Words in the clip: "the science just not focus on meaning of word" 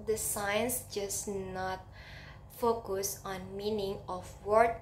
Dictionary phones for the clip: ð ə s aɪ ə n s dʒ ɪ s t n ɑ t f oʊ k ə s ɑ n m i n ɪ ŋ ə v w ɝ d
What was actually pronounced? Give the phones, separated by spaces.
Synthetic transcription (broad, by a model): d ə s aɪ ə n s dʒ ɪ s n ɑ t f oʊ k ə s ɑ n m i n ɪ ŋ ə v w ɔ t